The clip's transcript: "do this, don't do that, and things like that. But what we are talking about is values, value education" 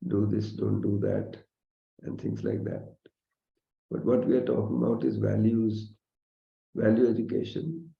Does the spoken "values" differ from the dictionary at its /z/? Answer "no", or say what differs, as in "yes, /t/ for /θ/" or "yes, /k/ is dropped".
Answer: no